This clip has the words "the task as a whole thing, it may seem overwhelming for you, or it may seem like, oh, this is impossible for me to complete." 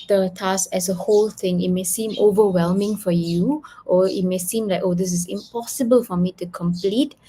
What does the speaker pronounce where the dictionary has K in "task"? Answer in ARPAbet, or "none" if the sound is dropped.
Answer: none